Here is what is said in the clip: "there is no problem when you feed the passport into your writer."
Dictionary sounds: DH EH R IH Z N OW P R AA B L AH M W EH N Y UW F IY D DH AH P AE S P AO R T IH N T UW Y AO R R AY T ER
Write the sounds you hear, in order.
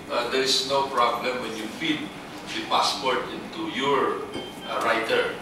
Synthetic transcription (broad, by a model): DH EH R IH S N OW P R AA B L AH M W EH N Y UW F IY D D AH P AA S P AO R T IH N T UW Y AO R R AY T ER